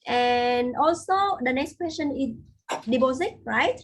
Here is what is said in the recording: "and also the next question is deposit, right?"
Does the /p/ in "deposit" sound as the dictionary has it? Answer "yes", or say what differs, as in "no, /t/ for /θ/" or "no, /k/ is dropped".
no, /b/ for /p/